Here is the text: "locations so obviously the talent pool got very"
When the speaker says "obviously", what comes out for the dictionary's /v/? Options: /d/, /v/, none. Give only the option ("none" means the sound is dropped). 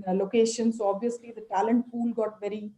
/v/